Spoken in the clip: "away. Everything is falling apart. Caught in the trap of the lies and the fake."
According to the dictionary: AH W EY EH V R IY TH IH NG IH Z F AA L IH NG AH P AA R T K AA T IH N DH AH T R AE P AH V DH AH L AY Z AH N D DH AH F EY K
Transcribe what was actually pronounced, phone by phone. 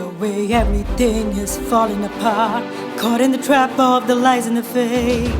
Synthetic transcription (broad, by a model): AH W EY EH V R IY TH IH NG IH Z F AA L IH NG AH P AA R T K AA T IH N DH AH T R AE P AH V DH AH L AY Z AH N DH AH F EY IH